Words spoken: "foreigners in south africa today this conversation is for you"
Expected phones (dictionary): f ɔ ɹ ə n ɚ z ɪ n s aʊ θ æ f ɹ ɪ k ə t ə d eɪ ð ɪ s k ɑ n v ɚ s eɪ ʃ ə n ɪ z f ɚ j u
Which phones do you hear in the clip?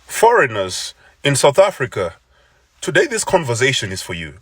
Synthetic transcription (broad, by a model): f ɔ ɹ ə n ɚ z ɪ n s aʊ θ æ f ɹ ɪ k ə t ə d eɪ ð ɪ s k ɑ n v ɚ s eɪ ʃ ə n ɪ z f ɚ j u